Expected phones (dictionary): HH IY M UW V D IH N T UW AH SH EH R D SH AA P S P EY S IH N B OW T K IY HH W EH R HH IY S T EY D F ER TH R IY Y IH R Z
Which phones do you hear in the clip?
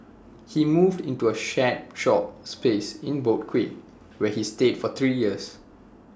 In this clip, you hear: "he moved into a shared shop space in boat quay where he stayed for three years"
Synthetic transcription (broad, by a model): HH IY M UW V D IH N T UW AH SH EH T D SH AA P S P EY S IH N B OW T K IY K W EH HH IY S T EY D F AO T R IY Y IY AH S